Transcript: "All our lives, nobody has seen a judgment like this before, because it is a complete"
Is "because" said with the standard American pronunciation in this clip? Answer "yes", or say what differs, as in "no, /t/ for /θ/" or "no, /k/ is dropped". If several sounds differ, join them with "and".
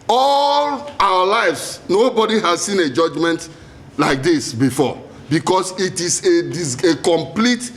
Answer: no, /s/ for /z/